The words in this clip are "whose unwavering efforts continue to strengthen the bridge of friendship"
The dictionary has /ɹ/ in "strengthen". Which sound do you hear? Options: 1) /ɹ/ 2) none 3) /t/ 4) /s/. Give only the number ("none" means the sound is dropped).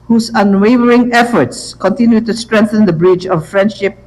1